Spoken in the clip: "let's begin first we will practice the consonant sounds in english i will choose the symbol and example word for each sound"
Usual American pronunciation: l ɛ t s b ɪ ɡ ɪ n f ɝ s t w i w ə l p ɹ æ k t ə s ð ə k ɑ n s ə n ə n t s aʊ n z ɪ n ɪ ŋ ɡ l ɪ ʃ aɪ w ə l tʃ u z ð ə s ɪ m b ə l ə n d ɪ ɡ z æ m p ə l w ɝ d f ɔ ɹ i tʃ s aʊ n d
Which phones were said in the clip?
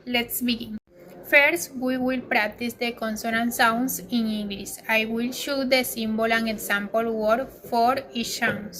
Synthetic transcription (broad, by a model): l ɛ t s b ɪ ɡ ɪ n f ɝ s t w i w ə l p ɹ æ k t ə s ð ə k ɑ n s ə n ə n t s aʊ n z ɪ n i ŋ ɡ l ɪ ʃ aɪ w ə l ʃ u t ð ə s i m b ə l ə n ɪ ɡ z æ m p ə l w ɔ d f ɔ ɹ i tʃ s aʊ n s